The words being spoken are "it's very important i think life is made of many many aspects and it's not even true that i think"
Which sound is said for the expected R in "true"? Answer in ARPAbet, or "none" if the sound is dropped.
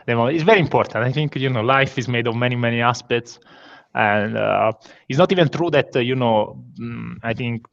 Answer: R